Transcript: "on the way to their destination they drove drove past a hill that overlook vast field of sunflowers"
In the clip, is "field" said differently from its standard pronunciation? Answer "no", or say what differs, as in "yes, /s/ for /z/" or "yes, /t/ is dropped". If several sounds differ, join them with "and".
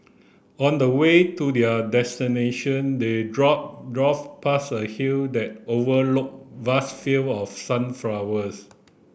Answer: yes, /d/ is dropped